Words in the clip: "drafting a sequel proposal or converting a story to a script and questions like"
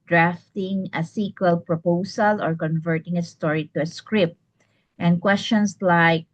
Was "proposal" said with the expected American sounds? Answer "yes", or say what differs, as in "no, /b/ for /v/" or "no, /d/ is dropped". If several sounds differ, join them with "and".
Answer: no, /s/ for /z/